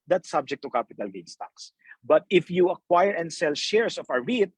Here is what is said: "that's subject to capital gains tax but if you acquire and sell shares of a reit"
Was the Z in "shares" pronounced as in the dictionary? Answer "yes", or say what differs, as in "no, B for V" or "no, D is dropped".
no, S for Z